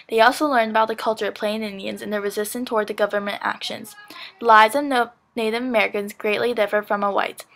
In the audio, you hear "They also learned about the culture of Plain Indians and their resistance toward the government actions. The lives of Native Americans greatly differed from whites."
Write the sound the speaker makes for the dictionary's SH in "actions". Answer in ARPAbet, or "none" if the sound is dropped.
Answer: SH